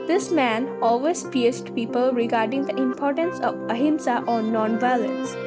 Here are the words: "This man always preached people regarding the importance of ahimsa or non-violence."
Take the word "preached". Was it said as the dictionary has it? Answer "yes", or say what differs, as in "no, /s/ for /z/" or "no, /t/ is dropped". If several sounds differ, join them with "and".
no, /ɹ/ is dropped and /s/ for /tʃ/